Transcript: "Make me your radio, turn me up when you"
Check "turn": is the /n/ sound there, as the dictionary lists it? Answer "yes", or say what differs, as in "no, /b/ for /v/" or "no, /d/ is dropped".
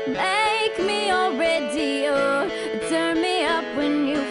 yes